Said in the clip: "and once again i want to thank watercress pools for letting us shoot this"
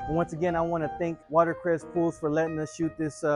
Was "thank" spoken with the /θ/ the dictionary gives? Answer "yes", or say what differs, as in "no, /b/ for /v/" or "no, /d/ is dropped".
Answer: yes